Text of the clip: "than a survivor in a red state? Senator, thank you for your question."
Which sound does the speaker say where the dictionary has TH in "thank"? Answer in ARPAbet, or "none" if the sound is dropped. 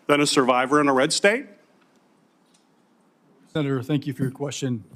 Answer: TH